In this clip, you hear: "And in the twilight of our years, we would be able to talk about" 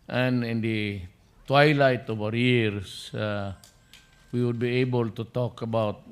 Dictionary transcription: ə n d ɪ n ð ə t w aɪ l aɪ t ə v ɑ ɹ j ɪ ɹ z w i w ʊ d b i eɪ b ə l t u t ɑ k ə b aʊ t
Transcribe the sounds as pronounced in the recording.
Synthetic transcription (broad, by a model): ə n ɪ n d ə t w aɪ l aɪ t ə v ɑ ɹ j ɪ ɹ s w i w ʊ d b i eɪ b ə l t u t ɑ k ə b aʊ t